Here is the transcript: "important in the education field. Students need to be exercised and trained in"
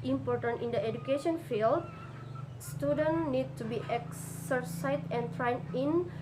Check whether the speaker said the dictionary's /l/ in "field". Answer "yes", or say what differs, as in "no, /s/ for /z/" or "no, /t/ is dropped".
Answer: yes